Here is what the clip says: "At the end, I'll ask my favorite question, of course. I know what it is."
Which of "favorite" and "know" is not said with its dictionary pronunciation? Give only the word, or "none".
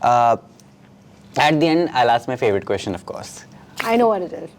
none